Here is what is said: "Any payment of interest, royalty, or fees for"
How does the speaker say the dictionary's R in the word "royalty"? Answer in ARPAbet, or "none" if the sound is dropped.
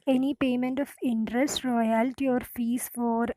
R